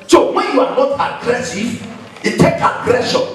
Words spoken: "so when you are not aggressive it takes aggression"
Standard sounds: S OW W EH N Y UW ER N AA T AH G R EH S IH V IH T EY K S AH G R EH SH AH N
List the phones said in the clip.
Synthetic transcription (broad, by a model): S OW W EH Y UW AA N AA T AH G R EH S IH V IH T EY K AH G R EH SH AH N